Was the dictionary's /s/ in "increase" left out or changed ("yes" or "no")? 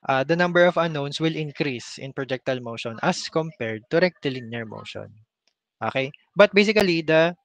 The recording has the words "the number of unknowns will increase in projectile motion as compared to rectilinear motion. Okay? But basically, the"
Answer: no